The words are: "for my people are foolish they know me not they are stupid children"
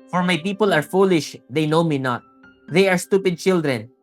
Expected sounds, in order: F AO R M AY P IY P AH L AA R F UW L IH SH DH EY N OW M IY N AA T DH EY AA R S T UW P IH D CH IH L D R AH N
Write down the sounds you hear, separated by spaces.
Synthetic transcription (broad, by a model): F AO R M AY P IY P AH L AA R F UW L IH SH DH EY N OW M IY N AA T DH EY AA R S T UW P IH D CH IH L D R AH N